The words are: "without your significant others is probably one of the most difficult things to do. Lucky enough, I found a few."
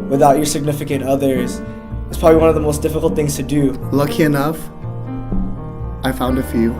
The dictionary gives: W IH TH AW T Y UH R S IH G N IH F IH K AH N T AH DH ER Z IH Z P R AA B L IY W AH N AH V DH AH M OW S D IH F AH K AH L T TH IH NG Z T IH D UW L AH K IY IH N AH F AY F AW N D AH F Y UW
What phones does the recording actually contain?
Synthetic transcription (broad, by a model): W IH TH AW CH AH R S IH G N IH F IH K AH N T AH DH ER Z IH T P R AA B L IY W AH N AH V DH AH M OW S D IH F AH K L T TH IH NG Z T IH D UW L AH K IY IH N AH F AY F AW N D AH F Y UW